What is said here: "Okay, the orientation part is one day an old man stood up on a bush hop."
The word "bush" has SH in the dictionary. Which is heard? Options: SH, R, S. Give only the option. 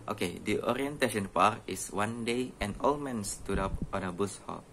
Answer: S